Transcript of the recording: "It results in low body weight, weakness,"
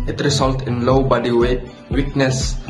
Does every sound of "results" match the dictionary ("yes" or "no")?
no